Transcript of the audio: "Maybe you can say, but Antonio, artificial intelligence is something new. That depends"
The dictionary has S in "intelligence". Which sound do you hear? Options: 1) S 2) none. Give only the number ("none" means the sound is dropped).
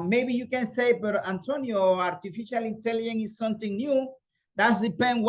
2